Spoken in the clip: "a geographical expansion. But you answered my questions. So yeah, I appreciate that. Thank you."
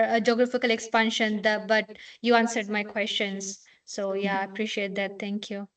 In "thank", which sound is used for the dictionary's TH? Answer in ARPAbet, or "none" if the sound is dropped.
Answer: T